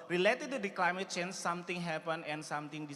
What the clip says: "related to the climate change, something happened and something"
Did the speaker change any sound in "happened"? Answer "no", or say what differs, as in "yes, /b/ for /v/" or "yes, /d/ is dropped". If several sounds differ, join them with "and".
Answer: yes, /d/ is dropped